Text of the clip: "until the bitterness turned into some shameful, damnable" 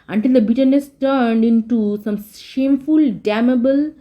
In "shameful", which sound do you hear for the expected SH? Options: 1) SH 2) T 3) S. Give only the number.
1